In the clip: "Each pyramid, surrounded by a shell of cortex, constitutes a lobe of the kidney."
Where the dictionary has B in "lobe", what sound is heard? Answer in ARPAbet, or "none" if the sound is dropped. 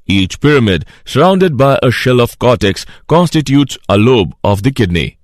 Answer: B